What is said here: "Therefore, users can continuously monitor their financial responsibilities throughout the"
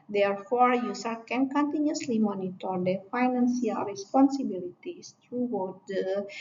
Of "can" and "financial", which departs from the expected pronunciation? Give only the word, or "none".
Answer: financial